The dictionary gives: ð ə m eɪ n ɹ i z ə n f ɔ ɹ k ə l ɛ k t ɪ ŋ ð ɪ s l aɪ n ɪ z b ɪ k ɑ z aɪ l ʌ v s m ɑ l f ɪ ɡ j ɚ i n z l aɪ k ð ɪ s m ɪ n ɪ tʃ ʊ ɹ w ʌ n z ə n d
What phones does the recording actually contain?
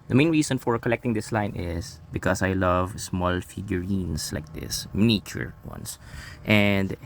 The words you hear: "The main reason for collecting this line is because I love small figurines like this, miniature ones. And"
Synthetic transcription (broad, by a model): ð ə m eɪ n ɹ i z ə n f ɔ ɹ k ə l ɛ k t ɪ ŋ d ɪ s l aɪ n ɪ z b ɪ k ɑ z aɪ l ʌ v s m ɑ l f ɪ ɡ j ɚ i n s l aɪ k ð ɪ s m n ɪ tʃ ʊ ɹ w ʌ n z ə n d